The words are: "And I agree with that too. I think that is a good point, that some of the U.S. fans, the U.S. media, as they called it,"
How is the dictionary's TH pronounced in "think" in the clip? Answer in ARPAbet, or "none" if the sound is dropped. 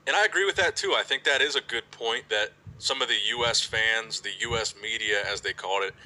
TH